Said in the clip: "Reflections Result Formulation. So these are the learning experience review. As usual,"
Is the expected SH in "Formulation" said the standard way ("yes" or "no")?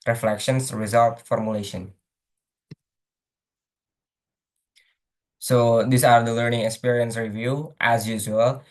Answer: yes